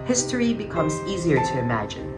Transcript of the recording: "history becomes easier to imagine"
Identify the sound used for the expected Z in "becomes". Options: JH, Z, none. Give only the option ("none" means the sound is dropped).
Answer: Z